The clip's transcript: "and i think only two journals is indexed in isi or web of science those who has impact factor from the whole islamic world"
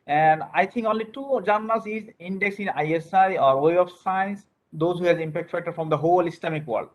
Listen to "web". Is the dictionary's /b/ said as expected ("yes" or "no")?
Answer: no